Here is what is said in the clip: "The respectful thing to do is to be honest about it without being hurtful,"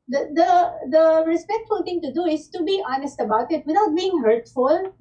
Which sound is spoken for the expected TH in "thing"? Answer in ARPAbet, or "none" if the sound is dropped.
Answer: T